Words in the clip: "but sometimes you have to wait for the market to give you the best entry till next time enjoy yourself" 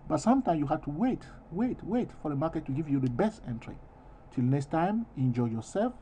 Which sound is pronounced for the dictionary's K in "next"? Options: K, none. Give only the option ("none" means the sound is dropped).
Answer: K